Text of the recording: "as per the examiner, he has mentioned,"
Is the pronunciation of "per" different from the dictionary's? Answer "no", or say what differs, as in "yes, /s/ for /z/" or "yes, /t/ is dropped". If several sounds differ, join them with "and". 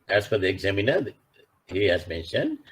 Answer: yes, /f/ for /p/